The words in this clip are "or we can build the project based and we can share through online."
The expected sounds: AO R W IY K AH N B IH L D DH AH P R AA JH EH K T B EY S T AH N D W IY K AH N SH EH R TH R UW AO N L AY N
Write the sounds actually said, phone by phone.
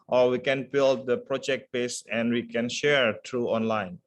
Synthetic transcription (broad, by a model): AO R W IY K AH N B IH L D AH P R AA JH EH K T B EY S AH N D W IY K AH N SH EH R T R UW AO N L AY N